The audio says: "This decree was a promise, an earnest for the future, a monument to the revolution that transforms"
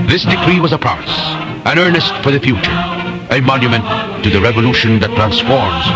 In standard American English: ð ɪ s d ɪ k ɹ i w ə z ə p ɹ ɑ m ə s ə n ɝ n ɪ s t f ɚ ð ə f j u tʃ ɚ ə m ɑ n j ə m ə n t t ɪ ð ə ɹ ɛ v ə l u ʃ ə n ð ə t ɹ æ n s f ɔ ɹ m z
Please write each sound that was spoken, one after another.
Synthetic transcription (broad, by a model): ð ɪ s d ɪ k ɹ i w ə z ə p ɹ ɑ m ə s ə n ɝ n ɪ s t f ɚ ð ə f j u tʃ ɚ ə m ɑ n j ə m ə n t t ɪ ð ə ɹ ɛ v ə l u ʃ ə n ð ə t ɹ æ n s f ɔ ɹ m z